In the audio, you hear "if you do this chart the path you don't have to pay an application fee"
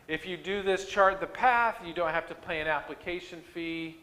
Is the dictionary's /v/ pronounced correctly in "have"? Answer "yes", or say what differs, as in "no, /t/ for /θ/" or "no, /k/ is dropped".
no, /f/ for /v/